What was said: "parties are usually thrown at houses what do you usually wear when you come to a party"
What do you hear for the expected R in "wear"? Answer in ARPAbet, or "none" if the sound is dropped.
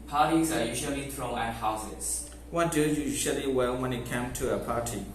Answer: L